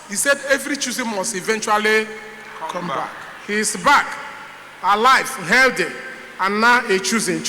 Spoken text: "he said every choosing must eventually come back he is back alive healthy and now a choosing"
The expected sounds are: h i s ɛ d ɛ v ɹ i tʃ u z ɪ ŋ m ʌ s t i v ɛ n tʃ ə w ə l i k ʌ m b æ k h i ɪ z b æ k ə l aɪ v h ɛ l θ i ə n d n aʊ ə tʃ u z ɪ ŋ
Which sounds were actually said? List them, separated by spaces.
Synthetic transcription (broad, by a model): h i s ɛ d ɛ v ɹ i tʃ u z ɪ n m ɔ s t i v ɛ n tʃ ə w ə l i k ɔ m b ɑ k h i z b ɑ k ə l aɪ f h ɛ l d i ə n n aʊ ə tʃ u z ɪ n